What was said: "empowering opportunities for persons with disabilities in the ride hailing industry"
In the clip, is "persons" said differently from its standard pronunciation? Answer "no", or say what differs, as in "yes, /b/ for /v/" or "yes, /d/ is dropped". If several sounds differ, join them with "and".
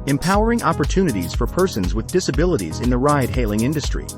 no